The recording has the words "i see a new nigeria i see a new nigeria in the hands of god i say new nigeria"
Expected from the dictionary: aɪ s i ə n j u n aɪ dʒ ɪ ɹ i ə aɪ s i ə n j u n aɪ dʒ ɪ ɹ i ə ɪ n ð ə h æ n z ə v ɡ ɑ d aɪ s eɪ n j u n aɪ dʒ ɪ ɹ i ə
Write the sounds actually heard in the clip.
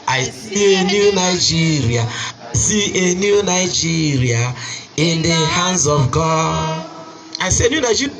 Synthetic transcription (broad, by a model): aɪ s i ə n j u n aɪ dʒ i ɹ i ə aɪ s i ə n j u n aɪ dʒ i ɹ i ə ɪ n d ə h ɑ n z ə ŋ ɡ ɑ aɪ s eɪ n j u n aɪ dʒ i